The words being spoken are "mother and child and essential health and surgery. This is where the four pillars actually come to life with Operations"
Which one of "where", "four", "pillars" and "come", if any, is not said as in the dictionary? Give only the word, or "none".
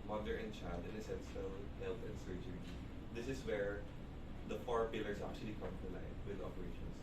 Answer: pillars